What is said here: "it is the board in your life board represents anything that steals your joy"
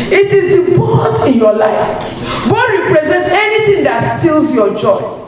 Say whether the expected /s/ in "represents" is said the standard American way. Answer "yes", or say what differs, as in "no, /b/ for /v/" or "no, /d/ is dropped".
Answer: no, /s/ is dropped